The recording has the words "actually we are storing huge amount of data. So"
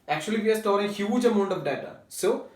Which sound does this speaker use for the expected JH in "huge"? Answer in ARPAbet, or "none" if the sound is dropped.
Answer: JH